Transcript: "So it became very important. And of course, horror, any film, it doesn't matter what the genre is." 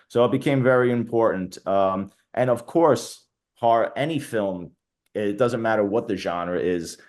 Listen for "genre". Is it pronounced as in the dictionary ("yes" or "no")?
yes